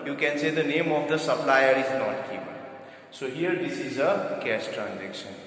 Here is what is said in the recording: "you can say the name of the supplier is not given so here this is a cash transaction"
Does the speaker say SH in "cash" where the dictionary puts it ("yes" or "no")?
no